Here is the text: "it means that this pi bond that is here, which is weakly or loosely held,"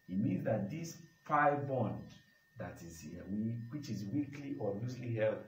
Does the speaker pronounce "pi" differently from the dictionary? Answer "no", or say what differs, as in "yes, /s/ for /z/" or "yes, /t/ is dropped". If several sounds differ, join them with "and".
yes, /f/ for /p/